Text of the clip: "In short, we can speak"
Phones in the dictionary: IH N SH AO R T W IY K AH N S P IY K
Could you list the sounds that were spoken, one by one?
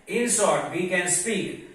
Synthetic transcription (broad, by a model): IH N S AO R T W IY K AH N S P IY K